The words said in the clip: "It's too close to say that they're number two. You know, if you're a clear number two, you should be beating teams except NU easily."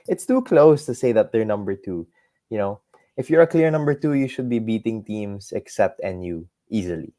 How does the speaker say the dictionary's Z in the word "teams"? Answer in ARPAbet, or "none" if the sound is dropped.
S